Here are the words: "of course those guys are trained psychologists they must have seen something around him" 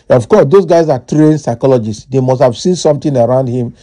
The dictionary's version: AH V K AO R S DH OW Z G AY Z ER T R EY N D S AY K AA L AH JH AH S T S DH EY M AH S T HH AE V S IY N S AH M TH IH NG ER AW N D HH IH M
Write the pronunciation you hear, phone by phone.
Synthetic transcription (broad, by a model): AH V K AO S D OW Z G AY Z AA T R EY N S AY K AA L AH JH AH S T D EY M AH S T HH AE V S IY N S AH M T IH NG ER AW N D HH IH M